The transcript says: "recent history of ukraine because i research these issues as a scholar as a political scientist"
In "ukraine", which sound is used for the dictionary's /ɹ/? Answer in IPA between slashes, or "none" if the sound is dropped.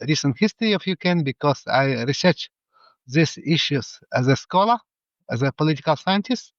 none